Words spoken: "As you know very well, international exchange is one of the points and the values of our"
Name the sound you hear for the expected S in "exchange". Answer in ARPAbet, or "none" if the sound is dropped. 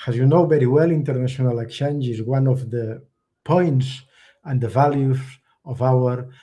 none